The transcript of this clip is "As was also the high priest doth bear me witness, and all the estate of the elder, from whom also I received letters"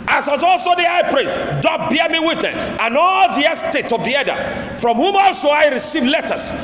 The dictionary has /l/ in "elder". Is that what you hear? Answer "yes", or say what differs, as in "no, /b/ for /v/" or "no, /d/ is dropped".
no, /l/ is dropped